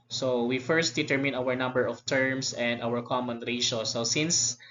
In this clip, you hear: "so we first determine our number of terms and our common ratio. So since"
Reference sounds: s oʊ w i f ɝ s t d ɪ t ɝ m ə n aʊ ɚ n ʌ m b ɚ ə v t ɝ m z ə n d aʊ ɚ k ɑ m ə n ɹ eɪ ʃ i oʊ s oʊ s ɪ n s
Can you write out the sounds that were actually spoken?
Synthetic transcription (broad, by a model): s oʊ w i f ɝ s t d ɪ t ɝ m ə n aʊ ɚ n ʌ m b ɚ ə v t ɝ m s ə n d aʊ ɚ k ɑ m ə n ɹ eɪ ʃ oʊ s oʊ s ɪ n s